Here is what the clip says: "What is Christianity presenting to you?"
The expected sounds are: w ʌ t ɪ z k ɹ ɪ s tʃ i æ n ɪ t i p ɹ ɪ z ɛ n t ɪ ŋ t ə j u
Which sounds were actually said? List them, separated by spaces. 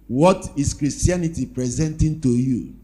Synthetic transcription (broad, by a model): w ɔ t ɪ s k ɹ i s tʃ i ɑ n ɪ t i p ɹ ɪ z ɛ n t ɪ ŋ t ə j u